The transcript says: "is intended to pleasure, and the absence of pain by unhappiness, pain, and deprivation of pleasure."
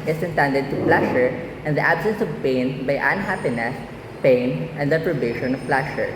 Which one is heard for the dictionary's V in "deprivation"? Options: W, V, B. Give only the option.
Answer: B